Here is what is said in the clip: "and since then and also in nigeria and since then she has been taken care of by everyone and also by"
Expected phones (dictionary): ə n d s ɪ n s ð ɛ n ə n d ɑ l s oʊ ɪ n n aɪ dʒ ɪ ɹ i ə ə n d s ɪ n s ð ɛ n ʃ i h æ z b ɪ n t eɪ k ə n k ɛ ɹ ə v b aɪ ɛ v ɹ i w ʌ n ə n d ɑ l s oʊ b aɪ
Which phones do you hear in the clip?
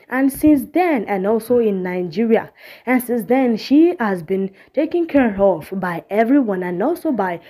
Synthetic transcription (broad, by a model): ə n s ɪ n s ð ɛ n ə n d ɑ l s oʊ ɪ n n aɪ dʒ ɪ ɹ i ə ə n s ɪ n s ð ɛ n ʃ i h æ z b ɪ n t eɪ k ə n k ɛ ɹ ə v b aɪ ɛ v ɹ i w ʌ n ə n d ɑ l s oʊ b aɪ